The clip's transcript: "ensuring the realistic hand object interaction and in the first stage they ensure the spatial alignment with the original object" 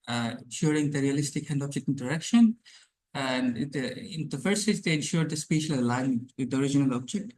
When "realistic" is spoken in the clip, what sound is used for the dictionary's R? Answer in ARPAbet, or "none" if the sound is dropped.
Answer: R